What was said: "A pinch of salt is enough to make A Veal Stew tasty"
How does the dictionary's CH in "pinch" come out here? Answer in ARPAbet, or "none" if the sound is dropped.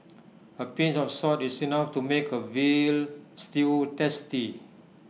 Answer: S